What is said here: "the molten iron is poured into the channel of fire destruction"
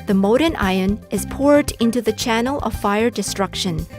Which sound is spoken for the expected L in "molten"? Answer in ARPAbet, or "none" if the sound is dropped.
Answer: none